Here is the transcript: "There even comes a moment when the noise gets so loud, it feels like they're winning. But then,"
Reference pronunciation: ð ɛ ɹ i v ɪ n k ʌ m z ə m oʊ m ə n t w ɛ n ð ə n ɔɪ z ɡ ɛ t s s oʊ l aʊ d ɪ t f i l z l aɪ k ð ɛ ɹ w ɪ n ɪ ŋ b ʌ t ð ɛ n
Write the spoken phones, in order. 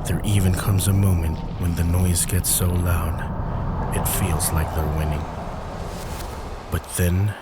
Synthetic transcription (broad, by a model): ð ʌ ɹ i v ɪ n k ʌ m z ə m oʊ m ə n t w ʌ n ð ə n ɔɪ z ɡ ɛ t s s oʊ l aʊ d ɪ t f i l z l aɪ k ð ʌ ɹ w ɪ n ɪ ŋ b ʌ t ð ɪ n